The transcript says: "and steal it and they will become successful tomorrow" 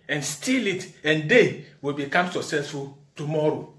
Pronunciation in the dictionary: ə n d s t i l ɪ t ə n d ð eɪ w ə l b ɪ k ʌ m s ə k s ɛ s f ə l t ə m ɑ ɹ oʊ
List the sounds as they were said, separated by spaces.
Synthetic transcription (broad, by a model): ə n s t i l ɪ t ə n d eɪ w ə l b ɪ k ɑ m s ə s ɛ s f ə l t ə m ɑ ɹ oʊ